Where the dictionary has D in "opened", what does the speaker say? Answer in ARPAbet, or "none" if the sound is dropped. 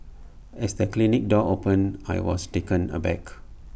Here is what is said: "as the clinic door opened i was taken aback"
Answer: none